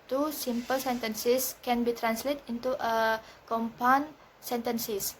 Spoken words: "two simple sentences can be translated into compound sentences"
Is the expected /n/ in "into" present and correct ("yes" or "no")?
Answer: no